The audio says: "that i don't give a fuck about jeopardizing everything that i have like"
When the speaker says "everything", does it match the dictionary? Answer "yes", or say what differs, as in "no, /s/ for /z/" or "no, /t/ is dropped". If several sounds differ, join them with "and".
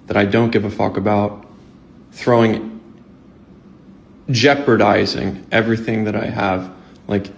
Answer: yes